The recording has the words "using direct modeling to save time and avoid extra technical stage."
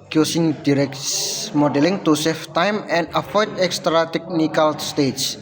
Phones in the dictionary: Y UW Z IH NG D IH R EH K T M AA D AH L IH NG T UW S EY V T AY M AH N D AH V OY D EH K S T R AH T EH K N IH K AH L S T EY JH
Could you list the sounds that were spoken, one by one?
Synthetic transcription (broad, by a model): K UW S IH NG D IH R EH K M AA D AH L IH NG T UW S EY F T AY M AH N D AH F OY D EH K S T R AH T EH K N IH K AH L S T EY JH